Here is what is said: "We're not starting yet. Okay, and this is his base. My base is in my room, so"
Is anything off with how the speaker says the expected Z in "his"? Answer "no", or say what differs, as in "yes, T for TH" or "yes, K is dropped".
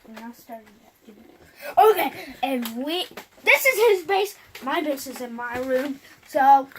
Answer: no